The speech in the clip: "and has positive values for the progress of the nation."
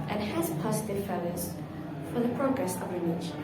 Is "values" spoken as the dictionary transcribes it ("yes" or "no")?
no